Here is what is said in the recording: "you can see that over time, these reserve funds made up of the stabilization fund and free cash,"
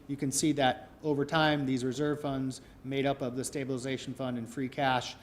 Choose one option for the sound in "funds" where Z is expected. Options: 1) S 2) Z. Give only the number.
2